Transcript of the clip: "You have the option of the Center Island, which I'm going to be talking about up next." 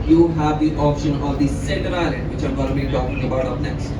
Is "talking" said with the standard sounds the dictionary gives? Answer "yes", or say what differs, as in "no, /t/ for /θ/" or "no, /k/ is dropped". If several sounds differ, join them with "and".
yes